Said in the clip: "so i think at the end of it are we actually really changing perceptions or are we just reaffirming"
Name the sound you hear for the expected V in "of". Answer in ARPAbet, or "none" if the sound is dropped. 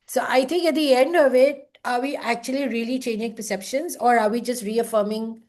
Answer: V